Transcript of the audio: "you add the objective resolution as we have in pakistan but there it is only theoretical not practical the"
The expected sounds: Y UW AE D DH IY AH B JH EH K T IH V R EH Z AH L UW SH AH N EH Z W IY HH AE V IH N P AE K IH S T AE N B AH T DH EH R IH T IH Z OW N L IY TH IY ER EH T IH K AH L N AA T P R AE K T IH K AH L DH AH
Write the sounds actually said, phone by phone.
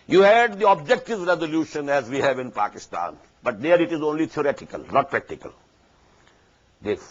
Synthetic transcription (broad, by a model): Y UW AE D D IY AH B JH EH K T IH V R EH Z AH L UW SH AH N EH Z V IY HH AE V IH N P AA K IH S T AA N B AH T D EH R IH T IH Z OW N L IY T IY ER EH T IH K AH L N AA T P R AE K T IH K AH L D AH